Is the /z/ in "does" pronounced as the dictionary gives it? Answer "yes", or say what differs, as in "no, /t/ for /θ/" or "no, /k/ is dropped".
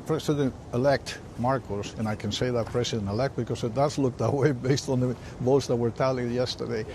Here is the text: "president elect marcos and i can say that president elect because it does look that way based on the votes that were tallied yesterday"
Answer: no, /s/ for /z/